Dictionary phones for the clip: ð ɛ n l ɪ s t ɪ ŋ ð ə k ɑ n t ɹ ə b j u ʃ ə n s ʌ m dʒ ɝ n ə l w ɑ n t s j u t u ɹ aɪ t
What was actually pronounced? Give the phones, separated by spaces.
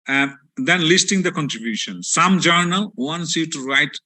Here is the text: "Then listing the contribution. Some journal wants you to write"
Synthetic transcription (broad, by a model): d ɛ n l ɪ s t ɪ ŋ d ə k ɑ n t ɹ ə b j u ʃ ə n s ʌ m dʒ ɝ n ə l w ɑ n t s j u t u ɹ aɪ t